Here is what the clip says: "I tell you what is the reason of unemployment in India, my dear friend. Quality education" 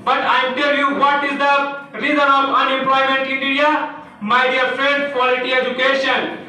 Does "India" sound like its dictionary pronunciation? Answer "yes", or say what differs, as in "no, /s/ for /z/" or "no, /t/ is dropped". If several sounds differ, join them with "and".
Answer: no, /n/ is dropped